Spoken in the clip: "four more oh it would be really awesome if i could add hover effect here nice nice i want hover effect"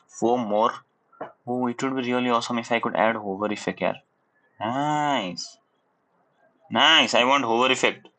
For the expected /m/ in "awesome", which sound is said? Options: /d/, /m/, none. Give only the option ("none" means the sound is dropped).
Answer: /m/